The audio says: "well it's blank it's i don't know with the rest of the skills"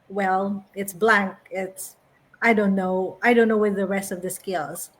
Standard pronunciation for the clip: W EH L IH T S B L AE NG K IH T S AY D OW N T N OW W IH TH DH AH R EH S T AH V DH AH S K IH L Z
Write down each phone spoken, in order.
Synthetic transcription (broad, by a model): W EH L IH T S B L AE NG K IH T S AY D OW N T N OW W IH DH AH R EH S T AH V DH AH S K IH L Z